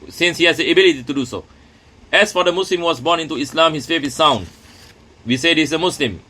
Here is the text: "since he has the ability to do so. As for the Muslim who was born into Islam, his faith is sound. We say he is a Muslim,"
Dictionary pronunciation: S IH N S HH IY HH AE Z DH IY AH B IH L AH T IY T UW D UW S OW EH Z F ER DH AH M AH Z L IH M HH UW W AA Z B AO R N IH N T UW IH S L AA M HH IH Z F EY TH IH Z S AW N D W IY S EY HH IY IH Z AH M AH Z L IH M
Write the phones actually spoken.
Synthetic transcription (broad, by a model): S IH N S HH IY HH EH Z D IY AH B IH L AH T IY T UW D UW S OW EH S F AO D AH M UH S L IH M W AA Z B AO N IH N T UW IH S L AA M HH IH S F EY F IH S AW N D W IY S EY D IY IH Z AH M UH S L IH M